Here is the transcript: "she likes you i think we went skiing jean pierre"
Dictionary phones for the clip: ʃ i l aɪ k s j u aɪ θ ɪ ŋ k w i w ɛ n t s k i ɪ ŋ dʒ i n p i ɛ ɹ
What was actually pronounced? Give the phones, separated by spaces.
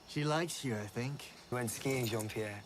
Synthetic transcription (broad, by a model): ʃ i l aɪ k s j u aɪ θ ɪ ŋ k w w ɛ n t s k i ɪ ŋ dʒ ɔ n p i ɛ